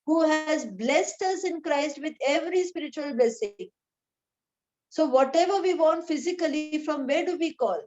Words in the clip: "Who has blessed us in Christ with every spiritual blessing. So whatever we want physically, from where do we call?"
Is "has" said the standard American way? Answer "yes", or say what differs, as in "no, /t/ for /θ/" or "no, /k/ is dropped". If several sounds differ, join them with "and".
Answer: yes